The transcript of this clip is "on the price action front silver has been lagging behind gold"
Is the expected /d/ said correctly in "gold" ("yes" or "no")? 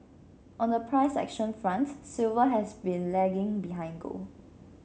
no